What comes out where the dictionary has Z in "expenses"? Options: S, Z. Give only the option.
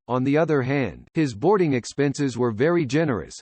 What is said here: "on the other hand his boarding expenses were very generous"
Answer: Z